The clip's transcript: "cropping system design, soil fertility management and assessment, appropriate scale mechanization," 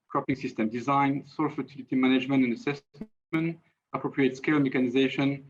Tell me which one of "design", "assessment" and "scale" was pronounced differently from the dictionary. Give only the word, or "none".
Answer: assessment